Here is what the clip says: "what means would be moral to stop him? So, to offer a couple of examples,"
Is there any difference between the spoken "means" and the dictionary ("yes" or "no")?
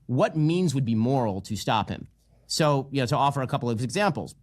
no